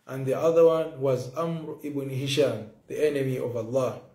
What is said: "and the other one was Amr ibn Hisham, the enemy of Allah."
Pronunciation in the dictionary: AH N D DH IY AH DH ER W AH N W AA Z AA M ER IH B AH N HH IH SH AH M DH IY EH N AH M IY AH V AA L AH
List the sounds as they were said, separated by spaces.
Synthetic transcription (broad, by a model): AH N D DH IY AH DH ER W AH N W AA Z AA M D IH B N HH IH SH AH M DH IY EH N AH M IY AH V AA L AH